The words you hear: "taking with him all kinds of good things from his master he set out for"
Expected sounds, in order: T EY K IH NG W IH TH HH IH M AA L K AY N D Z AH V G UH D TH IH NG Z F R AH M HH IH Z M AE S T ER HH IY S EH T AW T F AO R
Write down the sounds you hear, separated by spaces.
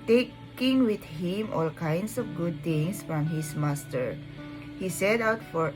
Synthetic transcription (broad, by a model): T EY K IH NG W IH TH HH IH M AA L K AY N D S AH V G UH D T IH NG S F R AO M HH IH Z M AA S T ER HH IY S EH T AW T F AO R